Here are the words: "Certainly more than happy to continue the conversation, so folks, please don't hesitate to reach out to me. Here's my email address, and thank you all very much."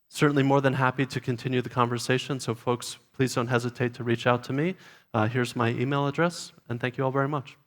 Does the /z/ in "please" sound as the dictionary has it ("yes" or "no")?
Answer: yes